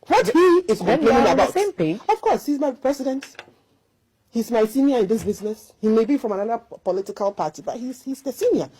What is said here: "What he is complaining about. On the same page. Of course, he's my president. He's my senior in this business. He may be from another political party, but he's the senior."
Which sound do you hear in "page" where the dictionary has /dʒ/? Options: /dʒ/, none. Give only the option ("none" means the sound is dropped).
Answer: none